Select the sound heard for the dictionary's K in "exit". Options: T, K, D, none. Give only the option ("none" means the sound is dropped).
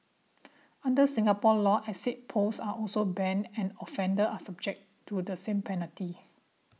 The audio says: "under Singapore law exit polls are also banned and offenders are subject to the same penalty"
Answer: none